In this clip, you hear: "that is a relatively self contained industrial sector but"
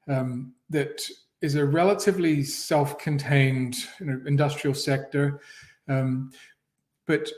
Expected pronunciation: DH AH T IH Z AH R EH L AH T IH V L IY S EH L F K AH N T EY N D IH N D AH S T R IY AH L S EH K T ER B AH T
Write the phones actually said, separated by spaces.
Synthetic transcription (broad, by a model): DH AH T IH Z AH R EH L AH T IH V L IY S EH L F K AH N T EY N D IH N D AH S T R IY L S EH K T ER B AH T